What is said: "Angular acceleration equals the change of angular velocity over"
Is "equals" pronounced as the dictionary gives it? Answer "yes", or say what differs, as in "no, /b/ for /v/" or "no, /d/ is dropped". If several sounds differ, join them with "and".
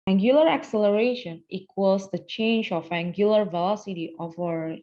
no, /l/ is dropped